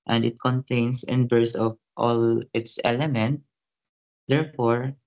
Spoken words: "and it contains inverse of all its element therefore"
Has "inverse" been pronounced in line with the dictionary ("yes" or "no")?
no